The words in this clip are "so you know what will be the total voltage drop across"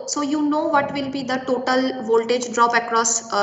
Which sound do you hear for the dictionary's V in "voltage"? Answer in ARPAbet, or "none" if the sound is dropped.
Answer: V